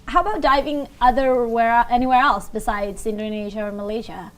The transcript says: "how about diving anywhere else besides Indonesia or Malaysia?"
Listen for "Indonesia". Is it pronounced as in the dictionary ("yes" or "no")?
yes